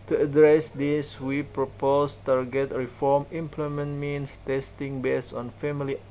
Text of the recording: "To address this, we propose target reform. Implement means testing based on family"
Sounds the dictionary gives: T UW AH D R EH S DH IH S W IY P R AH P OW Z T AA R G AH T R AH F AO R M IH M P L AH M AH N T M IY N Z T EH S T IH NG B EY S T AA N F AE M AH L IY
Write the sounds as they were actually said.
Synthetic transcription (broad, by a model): T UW AH D R EH S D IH S W IY P R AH P OW S T AA R G AH T R AH F AO R M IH M P L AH M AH N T M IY N S T EH S T IH NG B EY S AA N F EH M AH L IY